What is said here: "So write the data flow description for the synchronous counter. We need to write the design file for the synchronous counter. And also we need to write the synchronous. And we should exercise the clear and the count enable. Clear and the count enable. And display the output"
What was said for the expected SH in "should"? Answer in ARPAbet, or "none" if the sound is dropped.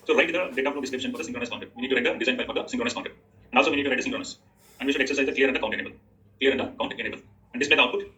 SH